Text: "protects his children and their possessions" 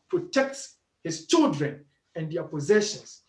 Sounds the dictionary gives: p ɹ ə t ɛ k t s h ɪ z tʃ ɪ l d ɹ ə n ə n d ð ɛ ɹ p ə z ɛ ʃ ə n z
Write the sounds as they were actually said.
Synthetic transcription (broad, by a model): p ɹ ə t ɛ k t s h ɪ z tʃ ɪ l d ɹ ə n ə n d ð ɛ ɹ p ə z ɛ ʃ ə n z